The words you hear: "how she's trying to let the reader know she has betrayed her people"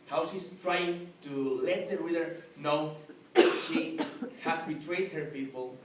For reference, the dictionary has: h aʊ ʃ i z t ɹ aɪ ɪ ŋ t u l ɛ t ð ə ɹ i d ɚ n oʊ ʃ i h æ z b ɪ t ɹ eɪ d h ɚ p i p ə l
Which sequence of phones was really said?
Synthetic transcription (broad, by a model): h aʊ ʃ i s t ɹ aɪ ɪ ŋ t u l ɛ t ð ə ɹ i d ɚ n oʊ ʃ i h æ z b ɪ t ɹ eɪ d h ɚ p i p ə l